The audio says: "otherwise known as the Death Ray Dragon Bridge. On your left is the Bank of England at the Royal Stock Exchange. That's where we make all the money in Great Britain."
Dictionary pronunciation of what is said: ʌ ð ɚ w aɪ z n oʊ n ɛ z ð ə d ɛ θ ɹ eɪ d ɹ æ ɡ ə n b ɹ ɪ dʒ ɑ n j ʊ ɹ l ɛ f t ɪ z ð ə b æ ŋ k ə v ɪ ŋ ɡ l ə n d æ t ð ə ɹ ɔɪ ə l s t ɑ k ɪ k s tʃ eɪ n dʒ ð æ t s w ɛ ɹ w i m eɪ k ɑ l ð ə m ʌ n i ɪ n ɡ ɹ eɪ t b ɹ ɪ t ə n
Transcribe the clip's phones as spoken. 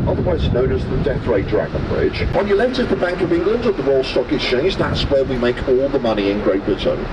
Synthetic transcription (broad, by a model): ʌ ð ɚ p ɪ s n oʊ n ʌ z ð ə d ɛ θ ɹ eɪ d ɹ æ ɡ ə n b ɹ ɪ dʒ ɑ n j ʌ l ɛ t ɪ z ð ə b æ ŋ k ə v ɪ ŋ ɡ l ə n d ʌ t ð ə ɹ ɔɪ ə l s t ɑ k ɪ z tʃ eɪ n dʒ ð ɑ t s w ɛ w i m eɪ k ɑ l ð ə m ʌ n i ɪ n ɡ ɹ eɪ t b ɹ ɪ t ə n